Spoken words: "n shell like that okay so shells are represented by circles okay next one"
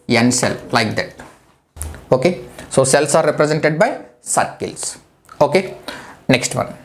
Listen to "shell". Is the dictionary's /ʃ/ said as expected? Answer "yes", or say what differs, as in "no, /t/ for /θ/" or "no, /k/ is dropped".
no, /s/ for /ʃ/